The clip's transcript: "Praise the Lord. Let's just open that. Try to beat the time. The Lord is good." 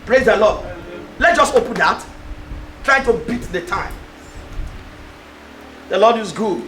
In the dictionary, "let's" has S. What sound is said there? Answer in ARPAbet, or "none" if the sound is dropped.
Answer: none